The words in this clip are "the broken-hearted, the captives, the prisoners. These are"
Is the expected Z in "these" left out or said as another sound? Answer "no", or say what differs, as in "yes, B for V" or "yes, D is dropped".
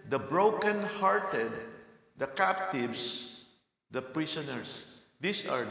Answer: yes, S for Z